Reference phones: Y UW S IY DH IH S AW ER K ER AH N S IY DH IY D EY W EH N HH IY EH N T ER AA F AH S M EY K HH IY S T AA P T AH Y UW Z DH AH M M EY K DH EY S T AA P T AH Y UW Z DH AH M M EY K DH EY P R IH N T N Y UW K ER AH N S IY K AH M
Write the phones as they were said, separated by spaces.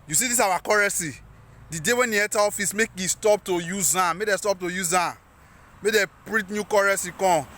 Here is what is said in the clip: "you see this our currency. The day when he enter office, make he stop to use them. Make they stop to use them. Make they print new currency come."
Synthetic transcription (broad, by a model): Y UW S IY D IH S AW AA K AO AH S IY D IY D EY W EH N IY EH T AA AA F AH S M EY K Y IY S T AA P T AH Y UW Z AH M M EY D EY S T AA P T AH Y UW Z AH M M EY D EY P R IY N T N Y UW K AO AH S IY K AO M